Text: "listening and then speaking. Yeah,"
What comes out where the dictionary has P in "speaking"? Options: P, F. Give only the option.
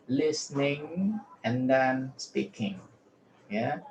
P